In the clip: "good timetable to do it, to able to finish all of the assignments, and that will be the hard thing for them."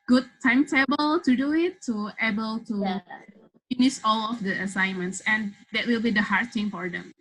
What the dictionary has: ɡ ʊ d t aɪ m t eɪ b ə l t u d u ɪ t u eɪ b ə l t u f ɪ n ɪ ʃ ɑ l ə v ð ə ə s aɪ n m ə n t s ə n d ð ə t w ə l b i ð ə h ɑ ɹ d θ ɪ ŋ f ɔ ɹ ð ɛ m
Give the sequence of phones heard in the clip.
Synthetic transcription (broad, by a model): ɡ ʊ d t aɪ m t eɪ b ə l t u d u ɪ t u eɪ b ə l t u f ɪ n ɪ s ɑ l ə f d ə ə s aɪ n m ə n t s ə n d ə t w ə l b i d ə h ɑ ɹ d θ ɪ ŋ f ɔ ɹ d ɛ m